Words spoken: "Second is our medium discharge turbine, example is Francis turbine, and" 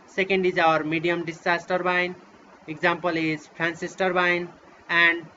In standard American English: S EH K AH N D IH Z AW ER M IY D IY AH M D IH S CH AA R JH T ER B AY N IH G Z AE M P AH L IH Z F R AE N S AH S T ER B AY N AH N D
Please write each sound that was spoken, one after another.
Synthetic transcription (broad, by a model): S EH K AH N D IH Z AW ER M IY D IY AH M D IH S AA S T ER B AY N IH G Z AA M P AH L IH Z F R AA N S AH S T ER B AY N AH N D